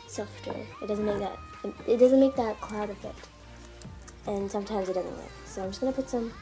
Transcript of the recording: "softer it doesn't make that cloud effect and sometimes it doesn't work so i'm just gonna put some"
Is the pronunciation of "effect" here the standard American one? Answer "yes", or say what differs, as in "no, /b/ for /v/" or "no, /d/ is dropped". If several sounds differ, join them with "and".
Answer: no, /k/ is dropped